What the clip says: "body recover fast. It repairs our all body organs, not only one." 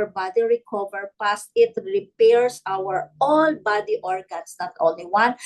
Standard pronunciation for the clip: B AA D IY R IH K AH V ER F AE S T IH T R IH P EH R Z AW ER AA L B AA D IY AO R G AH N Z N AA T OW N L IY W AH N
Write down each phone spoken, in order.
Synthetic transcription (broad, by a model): B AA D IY R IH K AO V ER P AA S T IH T R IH P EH R S AW ER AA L B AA D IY AO R G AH N S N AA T OW N L IY W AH N